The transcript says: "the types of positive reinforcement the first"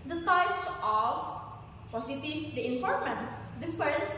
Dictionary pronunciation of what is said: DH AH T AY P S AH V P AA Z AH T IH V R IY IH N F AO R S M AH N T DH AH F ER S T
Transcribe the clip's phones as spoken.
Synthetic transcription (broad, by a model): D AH T AY P S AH F P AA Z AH T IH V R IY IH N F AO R M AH N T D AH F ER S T